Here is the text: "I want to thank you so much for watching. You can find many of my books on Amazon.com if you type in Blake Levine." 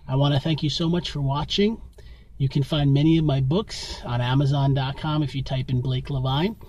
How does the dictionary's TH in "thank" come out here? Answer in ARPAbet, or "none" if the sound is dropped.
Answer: TH